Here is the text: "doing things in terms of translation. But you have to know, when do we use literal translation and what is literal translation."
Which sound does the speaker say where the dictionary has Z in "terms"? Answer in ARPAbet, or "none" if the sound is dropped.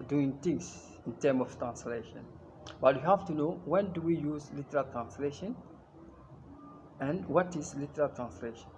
none